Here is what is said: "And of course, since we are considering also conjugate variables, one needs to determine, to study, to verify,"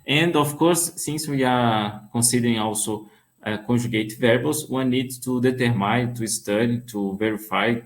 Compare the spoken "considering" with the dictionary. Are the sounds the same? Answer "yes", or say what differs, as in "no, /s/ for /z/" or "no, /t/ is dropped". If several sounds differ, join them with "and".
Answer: no, /n/ is dropped